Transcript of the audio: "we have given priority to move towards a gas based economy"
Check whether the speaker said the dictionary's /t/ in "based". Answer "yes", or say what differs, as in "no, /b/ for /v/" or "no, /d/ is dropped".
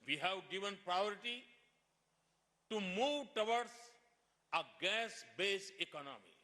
no, /t/ is dropped